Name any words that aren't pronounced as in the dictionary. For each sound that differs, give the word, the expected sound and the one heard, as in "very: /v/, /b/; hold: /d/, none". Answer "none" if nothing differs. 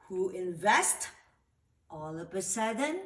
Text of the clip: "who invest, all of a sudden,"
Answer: of: /v/, /p/